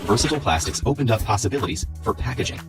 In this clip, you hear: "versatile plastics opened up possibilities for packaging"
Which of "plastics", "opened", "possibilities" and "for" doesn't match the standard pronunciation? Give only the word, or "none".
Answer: none